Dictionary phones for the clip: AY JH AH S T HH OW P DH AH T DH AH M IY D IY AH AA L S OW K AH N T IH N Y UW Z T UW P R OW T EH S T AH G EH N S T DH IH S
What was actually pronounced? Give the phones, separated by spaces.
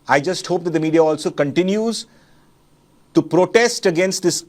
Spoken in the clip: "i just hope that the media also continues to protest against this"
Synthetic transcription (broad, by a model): AY JH AH S T HH OW P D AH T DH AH M IY D IY AH AA L S OW K AH N T IH N Y UW Z T UW P R OW T EH S T AH G EH N S T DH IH S